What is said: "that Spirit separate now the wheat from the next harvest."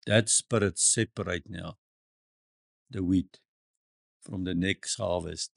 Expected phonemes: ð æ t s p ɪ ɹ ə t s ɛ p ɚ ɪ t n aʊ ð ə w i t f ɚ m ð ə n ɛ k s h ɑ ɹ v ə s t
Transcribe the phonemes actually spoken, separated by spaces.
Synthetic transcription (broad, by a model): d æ t s p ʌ ɹ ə t s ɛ p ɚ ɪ t n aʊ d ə w i t f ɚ m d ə n ɛ k s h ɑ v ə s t